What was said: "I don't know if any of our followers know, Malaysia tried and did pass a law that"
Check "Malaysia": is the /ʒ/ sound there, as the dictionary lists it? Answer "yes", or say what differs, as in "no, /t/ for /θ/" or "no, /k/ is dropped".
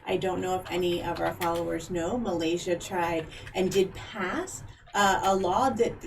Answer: yes